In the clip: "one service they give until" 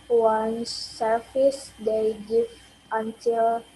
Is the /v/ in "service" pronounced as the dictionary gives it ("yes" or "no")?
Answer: no